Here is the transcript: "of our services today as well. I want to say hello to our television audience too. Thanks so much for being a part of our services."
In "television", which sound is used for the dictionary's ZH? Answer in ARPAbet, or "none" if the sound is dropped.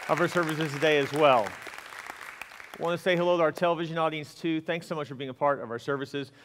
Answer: ZH